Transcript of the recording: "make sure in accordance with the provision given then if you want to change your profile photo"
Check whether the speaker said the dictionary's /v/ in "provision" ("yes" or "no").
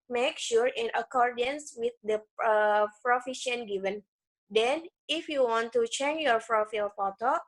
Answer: no